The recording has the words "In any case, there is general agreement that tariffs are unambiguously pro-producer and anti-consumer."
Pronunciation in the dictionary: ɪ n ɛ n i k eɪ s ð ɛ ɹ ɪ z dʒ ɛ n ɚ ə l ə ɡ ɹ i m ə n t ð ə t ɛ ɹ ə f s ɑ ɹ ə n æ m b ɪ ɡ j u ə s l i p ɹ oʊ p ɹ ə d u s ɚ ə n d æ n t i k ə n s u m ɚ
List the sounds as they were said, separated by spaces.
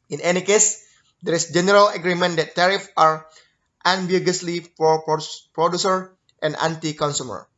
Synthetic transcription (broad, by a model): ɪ n ɛ n i k eɪ s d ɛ ɹ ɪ s dʒ ɛ n ɚ ə l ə ɡ ɹ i m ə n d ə t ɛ ɹ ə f ɑ ɹ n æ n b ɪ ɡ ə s l i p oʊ p ɹ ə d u s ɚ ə n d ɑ n t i k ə n s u m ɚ